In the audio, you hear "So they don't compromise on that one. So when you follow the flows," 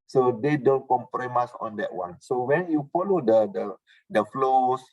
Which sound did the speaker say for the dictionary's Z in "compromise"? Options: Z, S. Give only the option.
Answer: S